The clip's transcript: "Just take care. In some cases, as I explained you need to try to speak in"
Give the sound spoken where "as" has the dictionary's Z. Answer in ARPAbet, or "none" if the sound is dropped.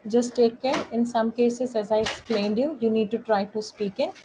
Z